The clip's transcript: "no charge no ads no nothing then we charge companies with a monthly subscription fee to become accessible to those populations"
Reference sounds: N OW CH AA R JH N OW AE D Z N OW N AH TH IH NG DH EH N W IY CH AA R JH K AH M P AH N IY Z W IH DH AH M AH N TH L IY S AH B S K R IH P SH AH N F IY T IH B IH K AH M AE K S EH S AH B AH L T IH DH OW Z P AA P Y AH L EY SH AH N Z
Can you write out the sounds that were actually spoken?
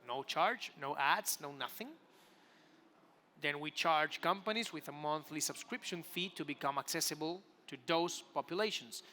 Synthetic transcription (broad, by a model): N OW CH AA R JH N OW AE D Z N OW N AH TH IH NG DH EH N W IY CH AA R JH K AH M P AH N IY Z W IH DH AH M AH N TH L IY S AH B S K R IH P SH AH N F IY T IH B IH K AH M AE K S EH S AH B AH L T IH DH OW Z P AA P Y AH L EY SH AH N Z